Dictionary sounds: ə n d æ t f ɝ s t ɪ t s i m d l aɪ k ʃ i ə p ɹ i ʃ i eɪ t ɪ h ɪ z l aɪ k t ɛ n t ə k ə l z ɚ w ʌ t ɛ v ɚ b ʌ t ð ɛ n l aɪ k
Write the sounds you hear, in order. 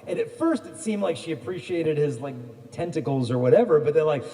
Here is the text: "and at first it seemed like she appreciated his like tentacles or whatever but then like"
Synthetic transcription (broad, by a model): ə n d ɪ t f ɝ s t ɪ t s i m d l aɪ k ʃ i ə p ɹ i ʃ i eɪ t ɪ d ɪ z l aɪ k t ɛ n t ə k l z ɚ w ʌ t ɛ v ɚ b ʌ t ð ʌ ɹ l aɪ k